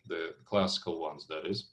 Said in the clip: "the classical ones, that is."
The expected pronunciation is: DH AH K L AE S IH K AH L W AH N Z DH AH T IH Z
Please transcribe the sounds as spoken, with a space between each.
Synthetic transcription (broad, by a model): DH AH K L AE S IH K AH L W AH N Z DH AH T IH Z